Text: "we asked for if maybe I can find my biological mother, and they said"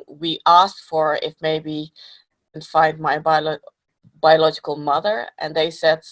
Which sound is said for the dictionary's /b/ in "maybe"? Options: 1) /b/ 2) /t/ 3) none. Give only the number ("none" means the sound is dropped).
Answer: 3